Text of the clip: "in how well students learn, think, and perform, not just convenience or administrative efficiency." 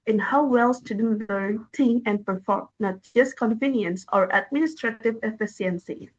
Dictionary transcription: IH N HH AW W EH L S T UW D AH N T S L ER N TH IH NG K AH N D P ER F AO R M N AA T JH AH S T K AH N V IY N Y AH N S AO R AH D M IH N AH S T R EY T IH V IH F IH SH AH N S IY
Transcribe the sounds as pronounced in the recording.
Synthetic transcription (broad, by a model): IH N HH AW W EH L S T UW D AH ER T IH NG AH N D P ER F AO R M N AA T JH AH S K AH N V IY N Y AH N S AO R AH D M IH N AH S T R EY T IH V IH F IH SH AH N S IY